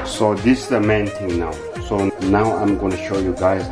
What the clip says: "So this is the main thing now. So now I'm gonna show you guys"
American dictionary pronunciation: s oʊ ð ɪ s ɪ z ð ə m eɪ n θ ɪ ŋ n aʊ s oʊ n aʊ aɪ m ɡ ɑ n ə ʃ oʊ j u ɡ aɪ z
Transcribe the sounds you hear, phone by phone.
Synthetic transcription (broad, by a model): s oʊ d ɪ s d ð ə m eɪ n t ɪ ŋ n aʊ s oʊ n aʊ aɪ m ɡ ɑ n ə ʃ oʊ j u ɡ aɪ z